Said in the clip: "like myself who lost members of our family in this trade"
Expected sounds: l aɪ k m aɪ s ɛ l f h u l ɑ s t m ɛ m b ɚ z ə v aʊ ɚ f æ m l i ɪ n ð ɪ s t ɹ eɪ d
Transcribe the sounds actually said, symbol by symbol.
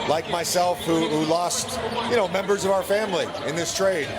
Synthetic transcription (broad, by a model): l aɪ k m aɪ s ɛ l f h u l ɑ s t m ɛ m b ɚ z ə v aʊ ɚ f æ m l i ɪ n ð ɪ s t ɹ eɪ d